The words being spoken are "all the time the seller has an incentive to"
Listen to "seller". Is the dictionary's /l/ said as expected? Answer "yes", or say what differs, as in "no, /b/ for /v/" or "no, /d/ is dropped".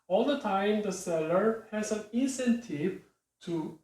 yes